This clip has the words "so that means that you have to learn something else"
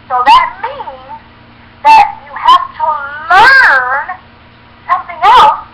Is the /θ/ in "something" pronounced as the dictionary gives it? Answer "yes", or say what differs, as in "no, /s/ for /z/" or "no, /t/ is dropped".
yes